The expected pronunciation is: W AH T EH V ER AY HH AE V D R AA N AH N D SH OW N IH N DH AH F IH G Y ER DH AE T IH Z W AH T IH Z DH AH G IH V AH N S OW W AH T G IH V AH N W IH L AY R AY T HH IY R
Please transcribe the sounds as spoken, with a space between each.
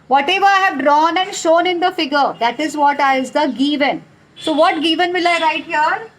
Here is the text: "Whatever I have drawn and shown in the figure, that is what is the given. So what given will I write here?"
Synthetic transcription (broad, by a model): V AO T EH V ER AY HH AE V D R AA N AH N D SH OW N IH N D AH F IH G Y ER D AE T IH Z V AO T IH Z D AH G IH V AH N S OW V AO T G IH V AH N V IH L AY R AY T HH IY R